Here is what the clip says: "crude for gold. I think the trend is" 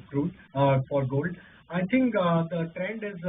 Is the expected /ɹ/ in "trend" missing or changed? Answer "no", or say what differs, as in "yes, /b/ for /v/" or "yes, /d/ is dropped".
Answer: no